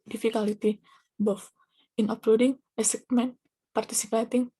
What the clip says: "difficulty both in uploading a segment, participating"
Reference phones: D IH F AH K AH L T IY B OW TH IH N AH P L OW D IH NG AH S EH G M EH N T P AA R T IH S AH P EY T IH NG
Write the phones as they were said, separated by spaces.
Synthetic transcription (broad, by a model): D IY F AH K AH L T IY B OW F IH N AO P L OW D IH NG AH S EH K M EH N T P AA R T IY S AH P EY T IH NG